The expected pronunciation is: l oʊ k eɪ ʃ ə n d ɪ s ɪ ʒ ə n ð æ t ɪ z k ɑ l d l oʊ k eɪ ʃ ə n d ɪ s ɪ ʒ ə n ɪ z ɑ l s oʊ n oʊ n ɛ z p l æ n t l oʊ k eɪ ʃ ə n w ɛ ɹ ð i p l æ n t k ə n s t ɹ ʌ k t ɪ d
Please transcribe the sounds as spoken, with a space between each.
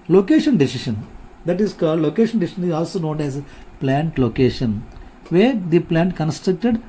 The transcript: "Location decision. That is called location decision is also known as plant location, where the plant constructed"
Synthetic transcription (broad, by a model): l oʊ k eɪ ʃ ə n d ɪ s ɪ ʃ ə n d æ t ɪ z k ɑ d l oʊ k eɪ ʃ ə n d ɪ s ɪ ʃ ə n ɪ z ɑ l s oʊ n oʊ n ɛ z p l æ n t l oʊ k eɪ ʃ ə n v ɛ ɹ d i p l æ n t k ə n s t ɹ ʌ k t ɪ d